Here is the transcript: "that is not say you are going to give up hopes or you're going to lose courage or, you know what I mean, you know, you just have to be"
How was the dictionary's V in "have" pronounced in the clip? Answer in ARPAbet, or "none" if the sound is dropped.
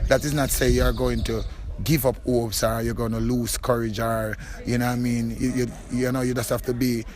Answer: F